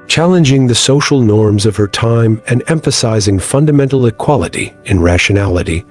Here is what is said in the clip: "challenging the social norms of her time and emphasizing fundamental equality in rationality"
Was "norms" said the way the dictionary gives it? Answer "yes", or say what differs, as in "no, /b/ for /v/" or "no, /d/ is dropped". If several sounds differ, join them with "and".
yes